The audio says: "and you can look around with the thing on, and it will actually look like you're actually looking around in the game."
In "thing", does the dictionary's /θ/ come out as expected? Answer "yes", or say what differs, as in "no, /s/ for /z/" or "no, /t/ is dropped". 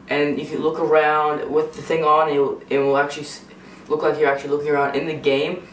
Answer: yes